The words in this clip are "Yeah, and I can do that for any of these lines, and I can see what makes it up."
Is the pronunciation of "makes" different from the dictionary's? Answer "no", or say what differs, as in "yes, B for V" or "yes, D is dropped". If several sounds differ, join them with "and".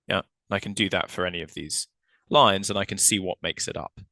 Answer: no